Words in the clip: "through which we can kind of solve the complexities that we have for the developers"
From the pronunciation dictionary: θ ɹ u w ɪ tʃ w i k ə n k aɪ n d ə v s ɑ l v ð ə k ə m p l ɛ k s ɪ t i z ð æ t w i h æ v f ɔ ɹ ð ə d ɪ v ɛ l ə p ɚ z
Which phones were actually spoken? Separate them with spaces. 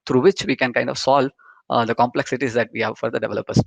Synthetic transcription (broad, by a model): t ɹ u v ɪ tʃ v i k ə n k aɪ n d ə v s ɑ l v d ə k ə m p l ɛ k s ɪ t i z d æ t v i h æ v f ɔ ɹ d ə d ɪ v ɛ l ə p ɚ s